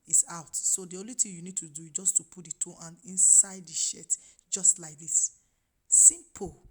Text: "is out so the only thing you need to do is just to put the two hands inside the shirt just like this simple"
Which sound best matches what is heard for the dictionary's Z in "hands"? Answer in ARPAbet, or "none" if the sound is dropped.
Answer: none